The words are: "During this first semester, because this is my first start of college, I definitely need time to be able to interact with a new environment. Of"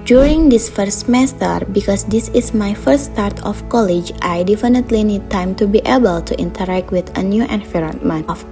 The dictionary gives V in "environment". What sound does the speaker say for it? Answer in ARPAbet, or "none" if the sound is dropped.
F